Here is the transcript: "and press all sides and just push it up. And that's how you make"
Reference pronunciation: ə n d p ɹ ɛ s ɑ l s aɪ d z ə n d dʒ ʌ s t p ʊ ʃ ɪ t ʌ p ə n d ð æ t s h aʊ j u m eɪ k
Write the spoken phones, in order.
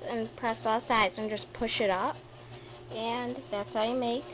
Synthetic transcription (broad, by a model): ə n p ɹ ɛ s ɑ l s aɪ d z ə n dʒ ʌ s p ʊ ʃ ɪ t ʌ p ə n ð æ t s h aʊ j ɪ m eɪ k